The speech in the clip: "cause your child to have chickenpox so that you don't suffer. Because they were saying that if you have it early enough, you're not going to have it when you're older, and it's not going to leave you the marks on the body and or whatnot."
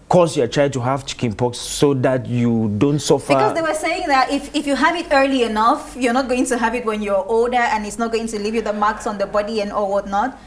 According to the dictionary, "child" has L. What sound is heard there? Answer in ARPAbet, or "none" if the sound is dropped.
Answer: none